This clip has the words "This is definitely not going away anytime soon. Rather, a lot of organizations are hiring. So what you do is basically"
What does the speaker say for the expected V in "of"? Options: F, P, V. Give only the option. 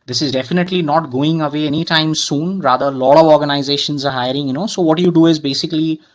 V